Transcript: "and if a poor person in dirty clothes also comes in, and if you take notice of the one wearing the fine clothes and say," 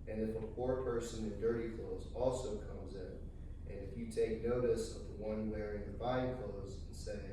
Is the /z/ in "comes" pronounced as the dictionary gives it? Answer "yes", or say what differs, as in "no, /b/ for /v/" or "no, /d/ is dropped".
yes